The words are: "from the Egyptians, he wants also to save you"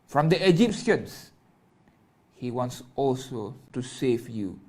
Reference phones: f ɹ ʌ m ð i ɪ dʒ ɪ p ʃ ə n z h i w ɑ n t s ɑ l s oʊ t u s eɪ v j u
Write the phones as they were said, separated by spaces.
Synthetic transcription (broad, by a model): f ɹ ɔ m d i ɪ dʒ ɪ p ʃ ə n s h i w ɑ n t s ɑ l s oʊ t u s eɪ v j u